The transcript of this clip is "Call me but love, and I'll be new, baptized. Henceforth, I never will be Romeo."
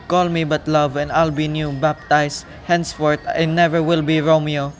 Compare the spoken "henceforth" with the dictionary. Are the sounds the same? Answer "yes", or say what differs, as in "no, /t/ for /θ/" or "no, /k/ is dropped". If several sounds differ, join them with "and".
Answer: no, /t/ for /θ/